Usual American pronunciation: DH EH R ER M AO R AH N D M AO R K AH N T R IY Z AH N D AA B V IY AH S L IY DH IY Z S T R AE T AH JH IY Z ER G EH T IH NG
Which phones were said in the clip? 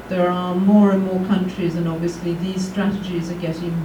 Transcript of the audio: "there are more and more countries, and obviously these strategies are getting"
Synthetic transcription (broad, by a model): DH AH R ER M AO R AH N M AO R K AH N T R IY Z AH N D AA B V IY AH S L IY DH IY Z S T R AE T AH JH IY Z ER G EH T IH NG